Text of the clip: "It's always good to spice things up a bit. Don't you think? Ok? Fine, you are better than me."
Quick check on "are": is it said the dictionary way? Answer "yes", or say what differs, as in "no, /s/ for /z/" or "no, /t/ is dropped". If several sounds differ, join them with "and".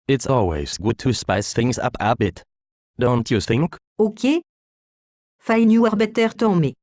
yes